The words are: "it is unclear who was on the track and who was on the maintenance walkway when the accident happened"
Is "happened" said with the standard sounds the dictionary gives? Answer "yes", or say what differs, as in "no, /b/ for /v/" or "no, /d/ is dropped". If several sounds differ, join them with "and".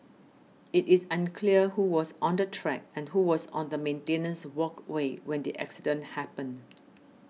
no, /d/ is dropped